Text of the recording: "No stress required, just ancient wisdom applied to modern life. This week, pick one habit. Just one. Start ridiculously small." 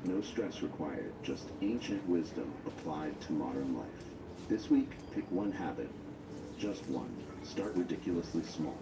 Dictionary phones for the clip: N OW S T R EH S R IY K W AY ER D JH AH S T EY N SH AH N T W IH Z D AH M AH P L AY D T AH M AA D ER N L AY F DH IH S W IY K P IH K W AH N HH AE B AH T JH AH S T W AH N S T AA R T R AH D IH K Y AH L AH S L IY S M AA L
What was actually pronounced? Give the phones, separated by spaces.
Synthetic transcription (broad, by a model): N OW S T R EH S R IY K W AY ER D JH AH S T EY N SH AH N T W IH Z D AH M AH P L AY D T AH M AA D ER N L AY F DH IH S W IY K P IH K W AH N HH AE B AH T JH AH S T W AH N S T AA R T R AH D IH K Y L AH S L IY S M AA L